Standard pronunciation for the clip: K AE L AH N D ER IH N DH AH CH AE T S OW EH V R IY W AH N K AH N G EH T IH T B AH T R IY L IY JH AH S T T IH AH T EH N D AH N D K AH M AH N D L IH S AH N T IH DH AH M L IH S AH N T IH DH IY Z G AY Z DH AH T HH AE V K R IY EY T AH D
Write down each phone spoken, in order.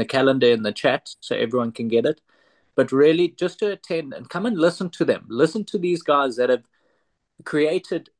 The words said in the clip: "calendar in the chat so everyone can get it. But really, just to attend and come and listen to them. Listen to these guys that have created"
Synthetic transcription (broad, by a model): K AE L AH N D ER IH N DH AH CH AE T S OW EH V R IY W AH N K AH N G EH T IH T B AH T R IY L IY JH AH S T T IH AH T EH N D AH N K AH M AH N L IH S AH N T IH DH AH M L IH S AH N T IH DH IY Z G AY Z DH AH T HH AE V K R IY EY T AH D